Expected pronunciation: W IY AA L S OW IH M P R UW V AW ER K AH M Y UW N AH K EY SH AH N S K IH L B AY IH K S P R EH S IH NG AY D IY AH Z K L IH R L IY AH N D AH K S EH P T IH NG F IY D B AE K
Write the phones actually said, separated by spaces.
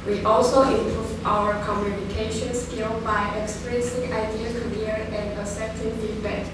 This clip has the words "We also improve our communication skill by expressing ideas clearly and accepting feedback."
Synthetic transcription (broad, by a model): W IY AA L S OW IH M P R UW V AW ER K AH M Y UW N AH K EY SH AH N S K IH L B AY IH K S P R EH S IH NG AY D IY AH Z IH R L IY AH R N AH S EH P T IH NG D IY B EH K